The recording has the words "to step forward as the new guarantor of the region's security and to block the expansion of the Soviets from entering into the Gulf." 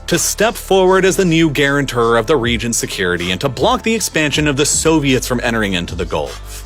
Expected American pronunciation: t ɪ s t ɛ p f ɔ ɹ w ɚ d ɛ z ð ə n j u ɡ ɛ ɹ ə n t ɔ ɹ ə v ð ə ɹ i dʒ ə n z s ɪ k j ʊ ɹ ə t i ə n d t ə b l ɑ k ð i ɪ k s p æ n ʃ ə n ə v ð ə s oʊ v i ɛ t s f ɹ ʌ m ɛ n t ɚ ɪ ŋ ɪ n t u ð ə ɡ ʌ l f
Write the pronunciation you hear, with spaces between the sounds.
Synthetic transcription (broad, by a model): t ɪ s t ɛ p f ɔ ɹ w ɚ d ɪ z ð ə n j u ɡ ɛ ɹ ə n t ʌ ɹ ə v ð ə ɹ i dʒ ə n s ɪ k j ʊ ɹ ə t i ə n t ə b l ɑ k ð i ɪ k s p æ n ʃ ə n ə v ð ə s oʊ v i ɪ t s f ɹ ʌ m ɛ t ɚ ɪ ŋ ɪ n t u ð ə ɡ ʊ l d